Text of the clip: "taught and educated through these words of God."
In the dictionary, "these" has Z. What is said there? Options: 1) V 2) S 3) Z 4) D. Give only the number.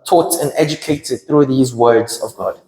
3